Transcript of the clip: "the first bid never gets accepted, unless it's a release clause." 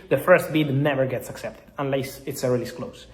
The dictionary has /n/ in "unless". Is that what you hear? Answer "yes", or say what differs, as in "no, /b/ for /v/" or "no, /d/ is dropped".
yes